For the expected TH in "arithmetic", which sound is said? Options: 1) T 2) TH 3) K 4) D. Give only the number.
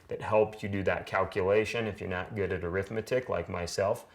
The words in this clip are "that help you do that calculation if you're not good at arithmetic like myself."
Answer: 2